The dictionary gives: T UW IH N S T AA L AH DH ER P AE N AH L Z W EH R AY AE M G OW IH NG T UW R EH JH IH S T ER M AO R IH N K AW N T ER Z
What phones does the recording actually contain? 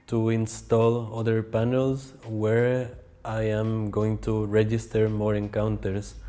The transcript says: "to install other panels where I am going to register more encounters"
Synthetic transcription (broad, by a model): T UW IH N S T AA L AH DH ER P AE N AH L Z W EH R AY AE M G OW IH NG T UW R EH JH IH S T ER M AO R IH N K AW N T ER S